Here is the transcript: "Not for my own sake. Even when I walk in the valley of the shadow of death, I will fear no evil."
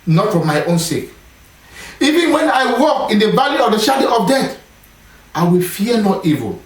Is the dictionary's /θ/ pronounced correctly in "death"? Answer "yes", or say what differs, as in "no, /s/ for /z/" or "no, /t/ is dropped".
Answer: no, /t/ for /θ/